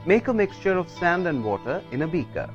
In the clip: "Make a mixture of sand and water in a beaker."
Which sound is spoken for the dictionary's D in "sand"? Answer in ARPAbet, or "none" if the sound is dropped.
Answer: D